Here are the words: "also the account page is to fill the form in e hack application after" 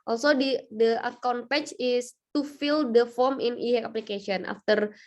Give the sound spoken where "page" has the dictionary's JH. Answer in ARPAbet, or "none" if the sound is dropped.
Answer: CH